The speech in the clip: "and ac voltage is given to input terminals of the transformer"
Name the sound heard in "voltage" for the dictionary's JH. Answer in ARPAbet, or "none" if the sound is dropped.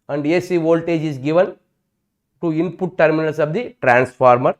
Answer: JH